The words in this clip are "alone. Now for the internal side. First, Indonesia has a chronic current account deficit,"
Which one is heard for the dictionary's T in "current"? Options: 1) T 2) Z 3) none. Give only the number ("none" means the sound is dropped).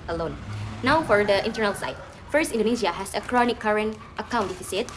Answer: 1